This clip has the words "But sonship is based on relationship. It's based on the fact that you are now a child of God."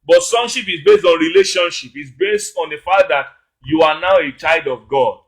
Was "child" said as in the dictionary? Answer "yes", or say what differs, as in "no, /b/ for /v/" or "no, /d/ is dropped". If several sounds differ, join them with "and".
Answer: no, /l/ is dropped